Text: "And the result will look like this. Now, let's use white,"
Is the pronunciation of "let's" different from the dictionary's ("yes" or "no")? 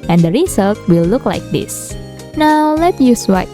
yes